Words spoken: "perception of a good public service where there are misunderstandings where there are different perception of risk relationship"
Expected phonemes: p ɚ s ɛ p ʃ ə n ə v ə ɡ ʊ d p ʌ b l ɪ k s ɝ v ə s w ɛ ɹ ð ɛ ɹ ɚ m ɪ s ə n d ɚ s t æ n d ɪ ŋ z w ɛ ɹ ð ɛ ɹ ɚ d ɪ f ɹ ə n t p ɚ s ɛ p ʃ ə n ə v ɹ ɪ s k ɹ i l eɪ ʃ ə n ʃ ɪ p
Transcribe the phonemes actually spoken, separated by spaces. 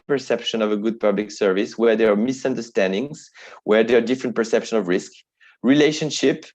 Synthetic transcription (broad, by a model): p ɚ s ɛ p ʃ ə n ə v ə ɡ ʊ d p ʌ b l ɪ k s ɝ v ə s w ɛ ɹ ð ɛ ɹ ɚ m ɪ s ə n d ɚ s t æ n d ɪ ŋ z w ɛ ɹ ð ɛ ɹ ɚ d ɪ f ɹ ə n t p ɚ s ɛ p ʃ ə n ə v ɹ ɪ s k ɹ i l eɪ ʃ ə n ʃ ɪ p